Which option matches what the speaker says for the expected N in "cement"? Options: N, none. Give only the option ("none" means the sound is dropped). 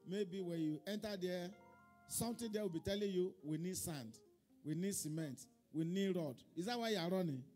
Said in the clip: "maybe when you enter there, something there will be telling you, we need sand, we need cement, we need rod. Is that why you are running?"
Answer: N